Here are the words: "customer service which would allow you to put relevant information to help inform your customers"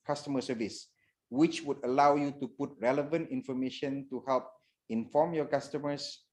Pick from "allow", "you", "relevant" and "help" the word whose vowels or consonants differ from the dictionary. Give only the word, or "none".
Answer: none